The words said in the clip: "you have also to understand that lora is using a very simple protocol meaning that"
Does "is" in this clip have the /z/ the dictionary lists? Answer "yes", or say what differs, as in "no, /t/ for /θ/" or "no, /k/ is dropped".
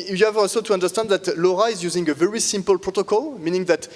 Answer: yes